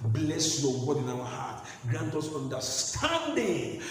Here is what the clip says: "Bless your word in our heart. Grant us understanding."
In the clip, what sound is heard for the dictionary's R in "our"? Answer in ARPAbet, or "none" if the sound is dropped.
W